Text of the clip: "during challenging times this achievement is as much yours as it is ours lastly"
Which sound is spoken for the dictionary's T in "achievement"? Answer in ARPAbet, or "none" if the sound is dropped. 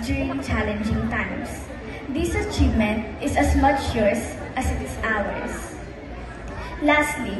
T